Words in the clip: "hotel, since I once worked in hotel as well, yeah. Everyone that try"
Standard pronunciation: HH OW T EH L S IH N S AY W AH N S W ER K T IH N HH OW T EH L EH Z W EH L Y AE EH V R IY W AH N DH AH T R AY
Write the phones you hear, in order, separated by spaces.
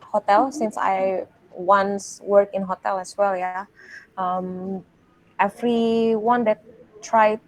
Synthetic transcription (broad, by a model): HH OW T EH L S IH N S AY W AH N S W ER K IH N HH OW T EH L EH S W EH L Y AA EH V R IY W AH N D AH T R AY